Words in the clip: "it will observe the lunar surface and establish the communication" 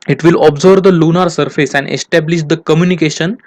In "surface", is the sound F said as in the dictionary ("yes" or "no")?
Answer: yes